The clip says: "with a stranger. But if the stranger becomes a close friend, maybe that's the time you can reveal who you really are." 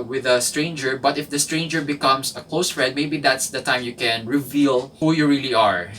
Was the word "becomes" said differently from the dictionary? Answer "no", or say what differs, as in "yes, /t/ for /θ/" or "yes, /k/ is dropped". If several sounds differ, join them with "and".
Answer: yes, /s/ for /z/